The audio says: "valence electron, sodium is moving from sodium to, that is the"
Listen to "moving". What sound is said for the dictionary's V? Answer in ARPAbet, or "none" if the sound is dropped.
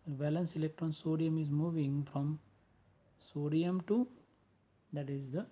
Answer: V